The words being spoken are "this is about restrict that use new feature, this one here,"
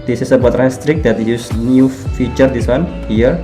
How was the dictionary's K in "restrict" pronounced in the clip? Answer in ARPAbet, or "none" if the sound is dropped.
K